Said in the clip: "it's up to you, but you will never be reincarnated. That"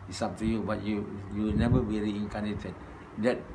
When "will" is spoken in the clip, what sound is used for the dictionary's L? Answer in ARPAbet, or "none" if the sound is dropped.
W